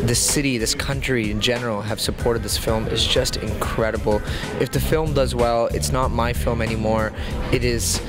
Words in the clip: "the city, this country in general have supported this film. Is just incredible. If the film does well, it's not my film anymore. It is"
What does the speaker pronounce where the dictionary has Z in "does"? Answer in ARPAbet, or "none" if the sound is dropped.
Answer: Z